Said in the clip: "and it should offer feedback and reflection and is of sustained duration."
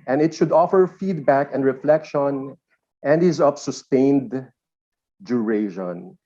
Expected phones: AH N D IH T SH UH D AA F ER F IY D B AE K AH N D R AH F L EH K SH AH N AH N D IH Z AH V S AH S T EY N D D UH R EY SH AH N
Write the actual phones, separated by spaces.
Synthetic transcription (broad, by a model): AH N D IH T SH UH D AA F ER F IY D B AE K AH N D R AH F L EH K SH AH N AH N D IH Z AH P S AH S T EY N D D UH R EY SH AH N